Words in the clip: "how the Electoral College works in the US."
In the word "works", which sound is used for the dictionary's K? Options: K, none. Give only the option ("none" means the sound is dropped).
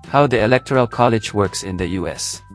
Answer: K